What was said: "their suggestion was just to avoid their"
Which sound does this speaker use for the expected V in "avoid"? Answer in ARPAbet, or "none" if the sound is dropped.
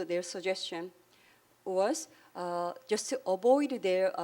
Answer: B